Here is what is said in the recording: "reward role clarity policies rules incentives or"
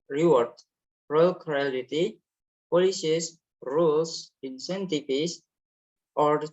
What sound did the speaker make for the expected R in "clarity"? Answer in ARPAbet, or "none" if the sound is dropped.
L